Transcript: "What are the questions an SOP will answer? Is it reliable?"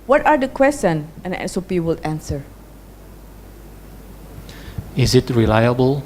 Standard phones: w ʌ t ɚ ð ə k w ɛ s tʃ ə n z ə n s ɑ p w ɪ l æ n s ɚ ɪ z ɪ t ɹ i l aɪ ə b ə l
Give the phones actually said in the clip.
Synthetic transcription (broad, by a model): w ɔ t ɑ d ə k w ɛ s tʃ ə n ə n s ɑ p w ɪ l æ n s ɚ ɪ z ɪ t ɹ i l aɪ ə b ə l